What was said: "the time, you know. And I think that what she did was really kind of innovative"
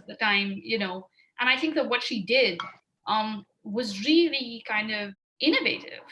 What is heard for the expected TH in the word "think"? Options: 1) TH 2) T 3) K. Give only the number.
1